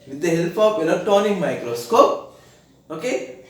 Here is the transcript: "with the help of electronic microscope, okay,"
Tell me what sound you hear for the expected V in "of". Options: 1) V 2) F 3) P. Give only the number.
3